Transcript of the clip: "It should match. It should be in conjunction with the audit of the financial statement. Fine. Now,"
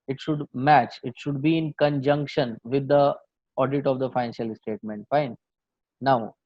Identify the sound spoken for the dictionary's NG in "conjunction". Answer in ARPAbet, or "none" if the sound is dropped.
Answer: NG